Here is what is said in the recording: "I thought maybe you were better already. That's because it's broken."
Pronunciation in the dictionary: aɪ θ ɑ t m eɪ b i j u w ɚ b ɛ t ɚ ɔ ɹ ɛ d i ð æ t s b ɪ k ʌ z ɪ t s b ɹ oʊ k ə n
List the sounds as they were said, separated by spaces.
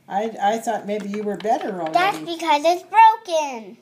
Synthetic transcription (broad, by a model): aɪ θ ɑ t m eɪ b i j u w ɚ b ɛ t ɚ ɹ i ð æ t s b ɪ k ʌ z ɪ t s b ɹ oʊ k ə n